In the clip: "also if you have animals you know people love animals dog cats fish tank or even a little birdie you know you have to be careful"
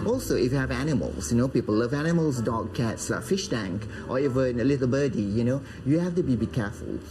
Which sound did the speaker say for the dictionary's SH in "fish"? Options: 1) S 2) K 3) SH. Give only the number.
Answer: 3